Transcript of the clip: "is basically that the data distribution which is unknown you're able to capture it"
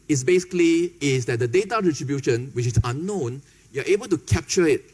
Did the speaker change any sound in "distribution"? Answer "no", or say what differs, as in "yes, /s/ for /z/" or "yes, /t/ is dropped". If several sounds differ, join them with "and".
yes, /s/ is dropped